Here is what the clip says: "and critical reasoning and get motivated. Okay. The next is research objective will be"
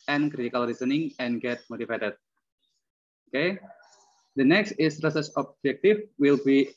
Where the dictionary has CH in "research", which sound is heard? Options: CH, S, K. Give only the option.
S